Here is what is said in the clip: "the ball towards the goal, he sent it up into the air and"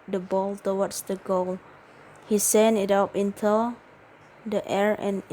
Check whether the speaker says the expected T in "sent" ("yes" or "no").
no